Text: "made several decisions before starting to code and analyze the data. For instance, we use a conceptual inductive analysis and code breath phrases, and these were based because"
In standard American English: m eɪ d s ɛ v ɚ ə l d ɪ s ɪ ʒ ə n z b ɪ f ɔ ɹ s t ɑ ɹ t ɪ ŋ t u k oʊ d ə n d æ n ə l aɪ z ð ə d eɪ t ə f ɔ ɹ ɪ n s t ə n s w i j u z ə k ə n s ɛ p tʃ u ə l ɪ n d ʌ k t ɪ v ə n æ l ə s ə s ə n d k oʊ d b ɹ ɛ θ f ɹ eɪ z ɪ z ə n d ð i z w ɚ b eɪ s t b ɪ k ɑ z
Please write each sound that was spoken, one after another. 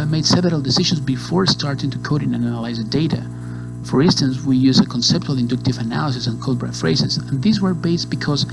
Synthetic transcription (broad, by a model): m eɪ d s ɛ v ɚ ə l d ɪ s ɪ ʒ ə n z b ɪ f ɔ ɹ s t ɑ ɹ t ɪ ŋ t u k oʊ d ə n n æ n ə l aɪ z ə d eɪ t ə f ɔ ɹ ɪ n s t ə n s w i j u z ə k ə n s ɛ p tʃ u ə l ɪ n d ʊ k t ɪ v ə n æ l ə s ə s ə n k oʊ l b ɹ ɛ t f ɹ eɪ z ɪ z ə n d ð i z w ɚ b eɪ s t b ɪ k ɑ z